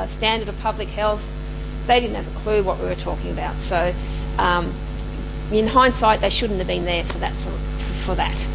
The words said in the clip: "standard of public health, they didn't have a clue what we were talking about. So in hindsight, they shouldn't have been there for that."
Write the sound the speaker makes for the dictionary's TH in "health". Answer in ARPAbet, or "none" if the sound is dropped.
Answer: TH